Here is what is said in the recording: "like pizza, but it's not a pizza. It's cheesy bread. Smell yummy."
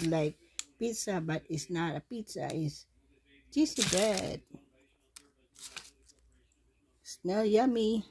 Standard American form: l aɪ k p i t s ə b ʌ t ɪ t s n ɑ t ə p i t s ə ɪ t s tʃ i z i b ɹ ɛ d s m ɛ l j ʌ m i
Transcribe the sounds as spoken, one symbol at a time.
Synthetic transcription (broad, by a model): l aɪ k p i t s ə b ʌ t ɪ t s n ɑ t ə p i t s ə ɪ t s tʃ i s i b ɛ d s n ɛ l j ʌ m i